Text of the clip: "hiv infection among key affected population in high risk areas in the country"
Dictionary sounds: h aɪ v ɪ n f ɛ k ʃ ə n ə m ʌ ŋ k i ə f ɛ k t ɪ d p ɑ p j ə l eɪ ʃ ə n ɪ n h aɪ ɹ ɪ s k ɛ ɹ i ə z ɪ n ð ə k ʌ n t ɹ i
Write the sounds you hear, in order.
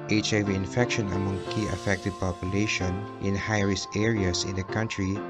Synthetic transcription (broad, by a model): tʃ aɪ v ɪ n f ɛ k ʃ ə n ə m ʌ ŋ k i ə f ɛ k t ɪ d p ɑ p j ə l eɪ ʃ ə n ɪ n h aɪ ɹ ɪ s ɛ ɹ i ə s ɪ n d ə k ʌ n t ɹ i